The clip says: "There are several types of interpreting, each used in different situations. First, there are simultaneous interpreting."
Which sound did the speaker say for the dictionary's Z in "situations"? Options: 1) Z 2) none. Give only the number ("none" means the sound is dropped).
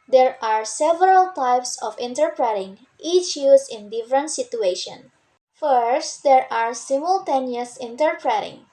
2